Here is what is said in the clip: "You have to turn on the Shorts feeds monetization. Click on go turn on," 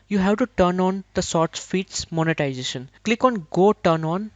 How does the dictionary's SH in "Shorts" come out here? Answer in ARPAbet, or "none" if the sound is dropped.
S